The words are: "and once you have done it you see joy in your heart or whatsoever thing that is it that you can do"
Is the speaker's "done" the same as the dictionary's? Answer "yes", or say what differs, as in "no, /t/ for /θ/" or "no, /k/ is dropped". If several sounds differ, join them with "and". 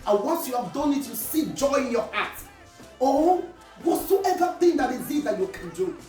yes